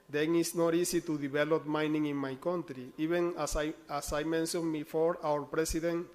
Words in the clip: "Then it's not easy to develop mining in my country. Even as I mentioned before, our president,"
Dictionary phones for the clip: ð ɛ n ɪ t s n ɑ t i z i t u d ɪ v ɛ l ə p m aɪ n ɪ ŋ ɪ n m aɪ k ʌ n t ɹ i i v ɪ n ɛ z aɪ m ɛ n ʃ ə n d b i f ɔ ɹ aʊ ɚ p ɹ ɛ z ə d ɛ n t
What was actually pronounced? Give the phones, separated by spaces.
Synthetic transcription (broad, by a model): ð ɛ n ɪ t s n ɑ t i s i t u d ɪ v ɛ l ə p m aɪ n ɪ ŋ ɪ n m aɪ k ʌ n t ɹ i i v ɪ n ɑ s aɪ m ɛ n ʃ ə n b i f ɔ ɹ aʊ ɚ p ɹ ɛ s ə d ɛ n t